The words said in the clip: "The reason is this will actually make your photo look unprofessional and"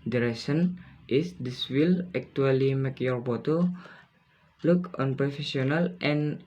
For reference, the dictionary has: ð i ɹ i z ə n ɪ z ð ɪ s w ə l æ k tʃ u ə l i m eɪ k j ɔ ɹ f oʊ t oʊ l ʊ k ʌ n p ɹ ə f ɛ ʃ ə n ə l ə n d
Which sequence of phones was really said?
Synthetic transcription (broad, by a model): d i ɹ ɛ s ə n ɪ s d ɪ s w ə l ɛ k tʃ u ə l i m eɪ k j ɔ ɹ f oʊ t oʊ l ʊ k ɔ n p ɹ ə f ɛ s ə n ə l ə n